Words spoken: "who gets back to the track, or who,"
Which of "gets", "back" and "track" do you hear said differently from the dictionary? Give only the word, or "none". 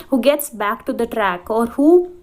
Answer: none